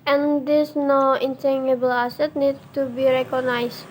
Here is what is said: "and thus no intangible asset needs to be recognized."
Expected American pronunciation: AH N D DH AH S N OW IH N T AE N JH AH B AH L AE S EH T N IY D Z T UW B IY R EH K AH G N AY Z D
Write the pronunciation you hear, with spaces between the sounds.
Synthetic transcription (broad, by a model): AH N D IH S N OW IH N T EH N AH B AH L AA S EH T N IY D T UW B IY R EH K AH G N AY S